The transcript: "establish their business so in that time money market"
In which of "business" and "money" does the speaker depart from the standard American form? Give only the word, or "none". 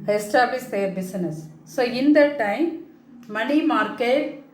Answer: business